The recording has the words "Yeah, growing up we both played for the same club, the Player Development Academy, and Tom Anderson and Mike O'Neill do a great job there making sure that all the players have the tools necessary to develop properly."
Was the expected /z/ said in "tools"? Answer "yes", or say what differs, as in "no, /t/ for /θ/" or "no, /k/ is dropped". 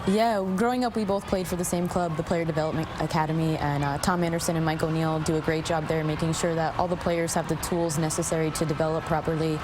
yes